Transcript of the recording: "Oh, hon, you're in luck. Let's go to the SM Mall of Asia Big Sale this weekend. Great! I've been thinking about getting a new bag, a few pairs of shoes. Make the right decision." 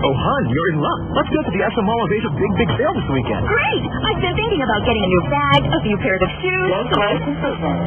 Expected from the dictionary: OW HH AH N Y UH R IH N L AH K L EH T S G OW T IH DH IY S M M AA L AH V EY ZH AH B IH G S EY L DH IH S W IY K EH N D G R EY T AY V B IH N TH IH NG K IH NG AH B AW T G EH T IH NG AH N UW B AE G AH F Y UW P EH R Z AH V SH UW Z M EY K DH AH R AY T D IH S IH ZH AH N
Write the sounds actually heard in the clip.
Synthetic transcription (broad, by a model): OW HH AH N Y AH R IH N L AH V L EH T S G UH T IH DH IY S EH M AA L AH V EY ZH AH B IH G S EY L DH IH S W IY K EH N D G R EY T AY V B IH N TH IH NG K IH NG AH B AW T G EH T IH NG AH N UW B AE G AH F Y UW P EH R Z AH V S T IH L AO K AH